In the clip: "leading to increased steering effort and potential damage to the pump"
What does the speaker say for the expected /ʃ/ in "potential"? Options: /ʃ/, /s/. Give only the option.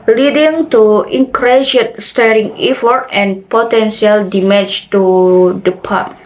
/s/